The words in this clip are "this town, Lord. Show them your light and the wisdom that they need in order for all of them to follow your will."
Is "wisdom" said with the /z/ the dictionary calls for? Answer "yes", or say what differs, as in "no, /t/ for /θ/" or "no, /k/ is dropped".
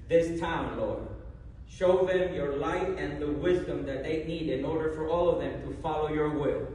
yes